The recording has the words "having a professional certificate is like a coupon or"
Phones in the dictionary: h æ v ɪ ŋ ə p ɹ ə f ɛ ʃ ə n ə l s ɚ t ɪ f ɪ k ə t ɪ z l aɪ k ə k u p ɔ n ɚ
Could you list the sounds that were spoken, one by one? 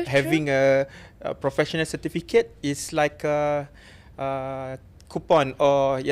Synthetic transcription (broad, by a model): h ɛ v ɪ ŋ ə p ɹ ə f ɛ ʃ ə n ə l s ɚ t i f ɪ k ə t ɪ s l aɪ k ə k u p ɔ n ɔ